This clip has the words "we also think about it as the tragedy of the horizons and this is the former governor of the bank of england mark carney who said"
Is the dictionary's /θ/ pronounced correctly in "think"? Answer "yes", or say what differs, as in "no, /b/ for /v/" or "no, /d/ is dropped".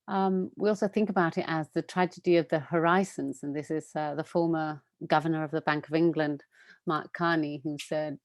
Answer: yes